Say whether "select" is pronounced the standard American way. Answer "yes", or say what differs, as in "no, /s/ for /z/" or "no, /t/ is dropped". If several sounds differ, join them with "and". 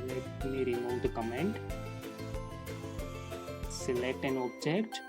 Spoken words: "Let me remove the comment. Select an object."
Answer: yes